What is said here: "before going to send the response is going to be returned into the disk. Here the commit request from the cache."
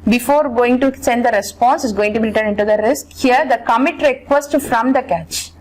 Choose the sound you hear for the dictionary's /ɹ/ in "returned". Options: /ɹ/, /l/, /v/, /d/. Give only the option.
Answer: /l/